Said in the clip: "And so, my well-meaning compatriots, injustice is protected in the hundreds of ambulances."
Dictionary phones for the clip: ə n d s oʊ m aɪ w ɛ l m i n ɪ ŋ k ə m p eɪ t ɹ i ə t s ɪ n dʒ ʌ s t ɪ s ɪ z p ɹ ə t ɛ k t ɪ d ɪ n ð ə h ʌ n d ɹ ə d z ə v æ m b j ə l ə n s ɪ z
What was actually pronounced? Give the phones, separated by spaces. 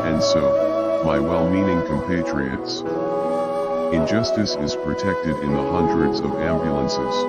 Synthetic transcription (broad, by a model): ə n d s oʊ m aɪ w ɛ l m i n ɪ ŋ k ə m p eɪ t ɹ i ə t s ɪ n dʒ ʌ s t ɪ s ɪ z p ɹ ə t ɛ k t ɪ d ɪ n ð ə h ʌ n d ɹ ə d z ə v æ m b j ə l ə n s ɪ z